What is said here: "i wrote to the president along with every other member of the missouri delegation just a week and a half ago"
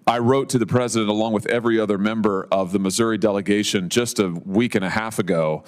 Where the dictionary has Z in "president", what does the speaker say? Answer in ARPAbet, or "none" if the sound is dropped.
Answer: Z